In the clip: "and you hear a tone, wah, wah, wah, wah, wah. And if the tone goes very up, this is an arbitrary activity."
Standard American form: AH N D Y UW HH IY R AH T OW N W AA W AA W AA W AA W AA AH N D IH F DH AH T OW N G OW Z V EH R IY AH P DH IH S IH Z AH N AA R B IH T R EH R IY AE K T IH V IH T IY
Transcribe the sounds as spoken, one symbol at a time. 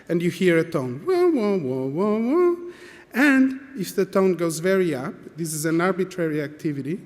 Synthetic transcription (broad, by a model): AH N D Y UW HH IY R AH T OW N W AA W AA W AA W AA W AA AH N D IH F DH AH T OW N G OW Z V EH R IY AH P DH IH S IH Z AH N AA R B IH T R EH R IY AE K T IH V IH T IY